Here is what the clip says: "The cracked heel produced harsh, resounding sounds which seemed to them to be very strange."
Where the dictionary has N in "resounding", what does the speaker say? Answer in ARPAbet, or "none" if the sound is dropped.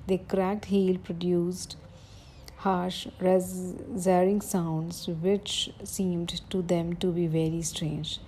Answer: none